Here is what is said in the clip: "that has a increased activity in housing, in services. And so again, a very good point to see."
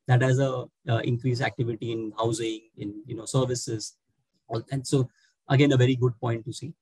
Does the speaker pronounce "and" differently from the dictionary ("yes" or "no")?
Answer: yes